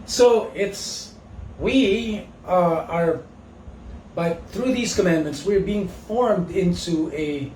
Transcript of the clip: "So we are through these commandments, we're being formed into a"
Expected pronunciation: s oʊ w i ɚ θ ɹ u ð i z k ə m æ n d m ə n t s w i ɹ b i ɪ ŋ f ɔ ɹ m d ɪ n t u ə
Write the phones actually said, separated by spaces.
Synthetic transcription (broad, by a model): s oʊ w i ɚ θ ɹ u ð i z k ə m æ n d m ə n t s w i ɹ b i ɪ ŋ f ɔ ɹ m d ɪ n t u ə